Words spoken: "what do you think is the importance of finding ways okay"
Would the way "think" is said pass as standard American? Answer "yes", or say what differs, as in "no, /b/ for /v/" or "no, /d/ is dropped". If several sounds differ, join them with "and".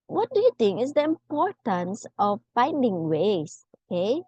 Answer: no, /t/ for /θ/